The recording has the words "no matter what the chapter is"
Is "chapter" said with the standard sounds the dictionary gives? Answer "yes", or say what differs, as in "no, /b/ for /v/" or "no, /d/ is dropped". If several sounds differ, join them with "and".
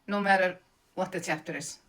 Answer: no, /s/ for /tʃ/ and /f/ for /p/